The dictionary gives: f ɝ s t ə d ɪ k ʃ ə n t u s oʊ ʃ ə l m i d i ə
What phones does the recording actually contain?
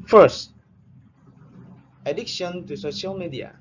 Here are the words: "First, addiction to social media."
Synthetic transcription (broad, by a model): f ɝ s t ə d ɪ k ʃ ə n t u s oʊ ʃ ə l m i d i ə